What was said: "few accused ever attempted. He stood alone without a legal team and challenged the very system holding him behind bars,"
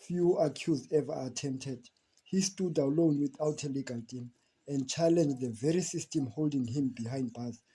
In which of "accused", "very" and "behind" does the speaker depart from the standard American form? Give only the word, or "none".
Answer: accused